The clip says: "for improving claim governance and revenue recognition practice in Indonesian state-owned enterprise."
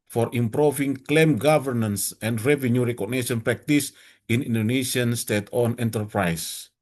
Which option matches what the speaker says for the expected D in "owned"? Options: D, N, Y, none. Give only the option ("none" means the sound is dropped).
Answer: none